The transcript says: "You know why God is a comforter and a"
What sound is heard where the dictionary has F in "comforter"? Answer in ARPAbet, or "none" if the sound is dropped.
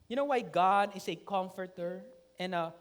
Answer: F